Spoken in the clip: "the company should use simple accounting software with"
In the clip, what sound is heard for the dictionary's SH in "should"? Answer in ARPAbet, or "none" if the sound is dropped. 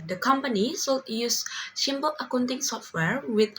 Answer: S